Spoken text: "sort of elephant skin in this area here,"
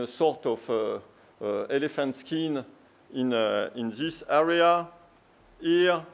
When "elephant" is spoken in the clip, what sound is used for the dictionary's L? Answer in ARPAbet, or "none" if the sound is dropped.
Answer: L